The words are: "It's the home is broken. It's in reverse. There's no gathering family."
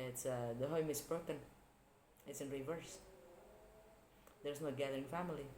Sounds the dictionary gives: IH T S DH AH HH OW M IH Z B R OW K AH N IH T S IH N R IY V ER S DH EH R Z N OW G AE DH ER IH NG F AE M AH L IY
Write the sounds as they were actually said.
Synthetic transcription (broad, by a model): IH T S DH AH HH OW M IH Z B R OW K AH N IH T S IH N R IY V ER S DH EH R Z N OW G AE DH ER IH NG F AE M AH L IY